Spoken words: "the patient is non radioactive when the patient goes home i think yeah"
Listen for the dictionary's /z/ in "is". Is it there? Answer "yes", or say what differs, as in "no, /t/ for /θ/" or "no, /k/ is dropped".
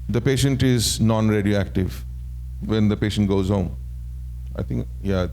yes